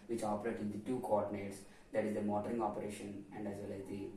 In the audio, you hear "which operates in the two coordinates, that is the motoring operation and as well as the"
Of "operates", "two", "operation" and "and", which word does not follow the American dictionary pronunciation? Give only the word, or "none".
operates